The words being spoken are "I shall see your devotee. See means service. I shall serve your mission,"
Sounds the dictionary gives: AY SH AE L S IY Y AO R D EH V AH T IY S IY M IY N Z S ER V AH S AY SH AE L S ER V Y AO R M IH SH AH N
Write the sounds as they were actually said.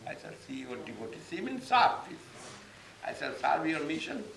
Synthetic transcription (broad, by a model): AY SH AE L S IY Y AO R D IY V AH T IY S IY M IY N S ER F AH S AY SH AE L S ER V Y AO R M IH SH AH N